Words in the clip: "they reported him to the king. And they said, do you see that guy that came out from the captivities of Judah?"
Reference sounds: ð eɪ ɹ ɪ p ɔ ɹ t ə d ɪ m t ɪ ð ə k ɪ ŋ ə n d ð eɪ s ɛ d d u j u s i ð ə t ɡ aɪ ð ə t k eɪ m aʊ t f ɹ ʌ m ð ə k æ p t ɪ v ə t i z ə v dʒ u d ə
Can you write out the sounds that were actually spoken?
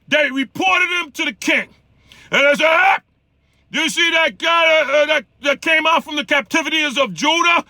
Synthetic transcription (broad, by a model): ð eɪ ɹ ɪ p ɔ ɹ t ə d ɪ m t ɪ ð ə k ɪ ŋ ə n ð eɪ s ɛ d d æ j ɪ s i ð ə t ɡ aɪ ð ə t k eɪ m aʊ t f ɹ ʌ m ð ə k æ p t ɪ v ə t i z ə v dʒ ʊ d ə